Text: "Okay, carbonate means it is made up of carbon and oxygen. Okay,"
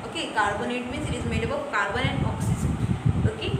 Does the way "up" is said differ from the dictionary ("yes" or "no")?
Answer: yes